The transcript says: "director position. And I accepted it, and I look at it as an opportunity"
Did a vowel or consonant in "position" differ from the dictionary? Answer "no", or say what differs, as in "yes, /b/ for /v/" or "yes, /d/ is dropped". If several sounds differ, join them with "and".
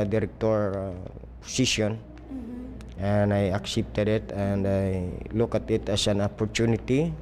yes, /s/ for /z/ and /s/ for /ʃ/